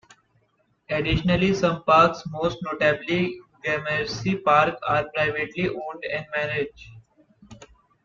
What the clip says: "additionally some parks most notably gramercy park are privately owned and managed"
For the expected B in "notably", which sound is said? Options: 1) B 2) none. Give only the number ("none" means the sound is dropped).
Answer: 1